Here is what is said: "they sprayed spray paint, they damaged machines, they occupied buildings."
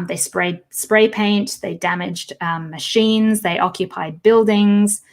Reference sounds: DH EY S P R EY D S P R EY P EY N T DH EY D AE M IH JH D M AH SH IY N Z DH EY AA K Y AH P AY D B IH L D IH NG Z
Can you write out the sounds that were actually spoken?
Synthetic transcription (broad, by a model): DH EY S P R EY D S P R EY P EY N T DH EY D AE M IH JH D M AH SH IY N Z DH EY AA K Y AH P AY D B IH L D IH NG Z